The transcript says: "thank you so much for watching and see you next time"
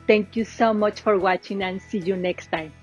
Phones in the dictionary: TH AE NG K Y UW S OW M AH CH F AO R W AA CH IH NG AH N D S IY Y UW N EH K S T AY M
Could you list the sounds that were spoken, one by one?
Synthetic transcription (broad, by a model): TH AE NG K Y UW S OW M AH CH F AO R W AA CH IH NG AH N S IY Y UW N EH K S T AY M